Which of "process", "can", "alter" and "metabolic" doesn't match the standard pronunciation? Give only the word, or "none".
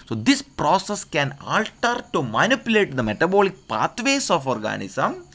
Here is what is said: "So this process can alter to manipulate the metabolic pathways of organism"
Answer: none